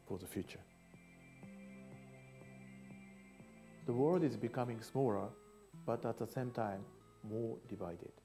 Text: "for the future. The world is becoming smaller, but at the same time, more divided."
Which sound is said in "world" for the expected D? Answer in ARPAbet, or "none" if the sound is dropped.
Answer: D